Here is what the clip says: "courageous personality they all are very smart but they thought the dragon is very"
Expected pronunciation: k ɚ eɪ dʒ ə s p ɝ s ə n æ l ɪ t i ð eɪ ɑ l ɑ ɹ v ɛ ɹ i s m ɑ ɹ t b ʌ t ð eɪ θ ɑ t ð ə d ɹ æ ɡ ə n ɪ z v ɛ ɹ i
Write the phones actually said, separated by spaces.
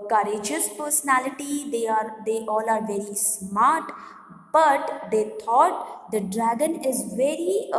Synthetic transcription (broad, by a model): k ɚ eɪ dʒ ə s p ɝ s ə n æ l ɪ t i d eɪ ɑ l ɑ ɹ v ɛ ɹ i s m ɑ ɹ t b ʌ t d eɪ t ɑ t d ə d ɹ æ ɡ ə n ɪ z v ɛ ɹ i